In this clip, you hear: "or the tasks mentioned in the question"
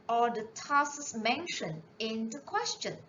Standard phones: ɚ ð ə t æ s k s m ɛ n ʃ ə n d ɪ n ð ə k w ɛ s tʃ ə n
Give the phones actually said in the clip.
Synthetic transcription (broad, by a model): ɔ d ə t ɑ s s m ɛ n ʃ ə n ɪ n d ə k w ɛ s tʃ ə n